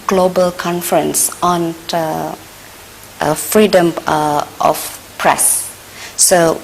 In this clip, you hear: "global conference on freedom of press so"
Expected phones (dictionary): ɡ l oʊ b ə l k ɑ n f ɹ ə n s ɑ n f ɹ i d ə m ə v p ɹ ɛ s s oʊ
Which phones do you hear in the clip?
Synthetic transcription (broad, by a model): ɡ l oʊ b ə l k ɑ n f ɹ ə n s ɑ n f ɹ i d ə m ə f p ɹ ɛ s s oʊ